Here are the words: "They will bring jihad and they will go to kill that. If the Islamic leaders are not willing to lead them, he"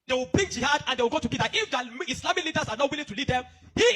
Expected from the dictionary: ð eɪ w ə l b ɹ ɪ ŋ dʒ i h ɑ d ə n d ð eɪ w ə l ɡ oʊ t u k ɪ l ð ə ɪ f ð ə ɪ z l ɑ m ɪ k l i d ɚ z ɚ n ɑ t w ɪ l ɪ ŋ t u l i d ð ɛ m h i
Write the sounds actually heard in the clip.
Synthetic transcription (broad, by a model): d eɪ w ə l b ɹ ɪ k dʒ i h ɑ d ə n d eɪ w ə l ɡ oʊ t u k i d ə ɪ f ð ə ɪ s l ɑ m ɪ k l i d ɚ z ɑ n ɑ t w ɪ l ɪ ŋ t u l i d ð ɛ m h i